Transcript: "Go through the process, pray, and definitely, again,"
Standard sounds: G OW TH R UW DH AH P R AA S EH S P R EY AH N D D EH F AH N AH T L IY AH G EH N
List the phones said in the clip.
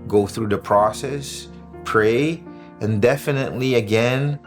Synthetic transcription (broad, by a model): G OW TH R UW DH AH P R AA S EH S P R EY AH N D D EH F AH N AH T L IY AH G EH N